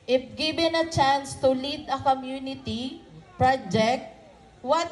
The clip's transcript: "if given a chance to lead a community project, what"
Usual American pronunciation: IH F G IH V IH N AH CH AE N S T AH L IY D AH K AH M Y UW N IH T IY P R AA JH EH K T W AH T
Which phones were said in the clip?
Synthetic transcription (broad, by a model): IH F G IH B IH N AH CH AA N S T AH L IY D AH K AH M Y UW N IH T IY P R AA JH EH K T W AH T